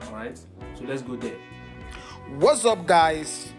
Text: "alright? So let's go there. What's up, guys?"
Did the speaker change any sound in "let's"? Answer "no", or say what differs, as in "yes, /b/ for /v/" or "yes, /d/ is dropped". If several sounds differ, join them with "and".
no